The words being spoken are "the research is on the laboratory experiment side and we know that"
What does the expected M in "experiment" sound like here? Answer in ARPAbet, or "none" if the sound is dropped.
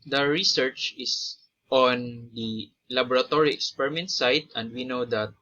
M